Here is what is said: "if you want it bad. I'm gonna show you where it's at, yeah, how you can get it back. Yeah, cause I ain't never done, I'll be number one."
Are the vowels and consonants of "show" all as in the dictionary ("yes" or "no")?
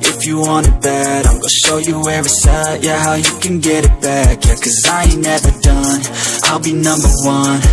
yes